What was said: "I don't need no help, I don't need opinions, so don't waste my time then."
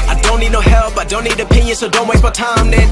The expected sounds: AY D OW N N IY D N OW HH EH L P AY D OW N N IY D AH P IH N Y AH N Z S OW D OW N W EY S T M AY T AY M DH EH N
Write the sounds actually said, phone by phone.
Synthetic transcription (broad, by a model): AY D OW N N IY D N OW HH EH L P AY D OW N N IY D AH P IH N Y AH N S OW D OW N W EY T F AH T AY M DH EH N